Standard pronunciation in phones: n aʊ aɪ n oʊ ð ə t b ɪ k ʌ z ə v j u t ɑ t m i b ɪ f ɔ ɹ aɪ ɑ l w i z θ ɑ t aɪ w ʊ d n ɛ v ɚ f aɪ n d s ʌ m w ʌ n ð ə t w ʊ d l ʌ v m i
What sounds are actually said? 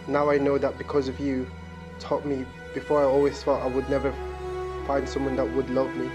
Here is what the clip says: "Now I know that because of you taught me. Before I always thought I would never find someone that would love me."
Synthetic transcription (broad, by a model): n aʊ aɪ n oʊ ð ə t b ɪ k ʌ z ə v j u t ɑ t m i b ɪ f ɔ ɹ aɪ ɑ l w i z f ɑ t aɪ w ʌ d n ɛ v ɚ f aɪ n d s ʌ m w ʌ n ð ə t w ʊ d l ʌ v m i